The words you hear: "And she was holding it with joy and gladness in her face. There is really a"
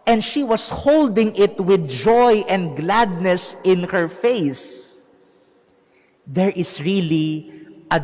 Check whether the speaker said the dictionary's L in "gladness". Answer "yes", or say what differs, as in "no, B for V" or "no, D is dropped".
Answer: yes